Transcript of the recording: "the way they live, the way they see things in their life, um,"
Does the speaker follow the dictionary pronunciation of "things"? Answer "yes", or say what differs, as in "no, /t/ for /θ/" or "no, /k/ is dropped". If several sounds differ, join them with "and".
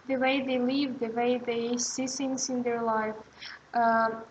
no, /s/ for /θ/